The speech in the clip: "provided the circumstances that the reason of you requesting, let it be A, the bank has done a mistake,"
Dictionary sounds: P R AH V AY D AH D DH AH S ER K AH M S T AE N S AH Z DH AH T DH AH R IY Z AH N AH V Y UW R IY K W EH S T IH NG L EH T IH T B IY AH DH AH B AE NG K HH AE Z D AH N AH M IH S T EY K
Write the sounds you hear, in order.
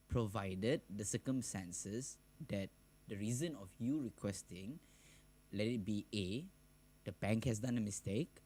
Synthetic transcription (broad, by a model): P R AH V AY D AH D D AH S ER K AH M S T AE N S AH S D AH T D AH R IY Z AH N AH F Y UW R IY K W EH S T IH NG L EH T IH T B IY AH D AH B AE NG K HH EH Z D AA N AH M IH S T EY K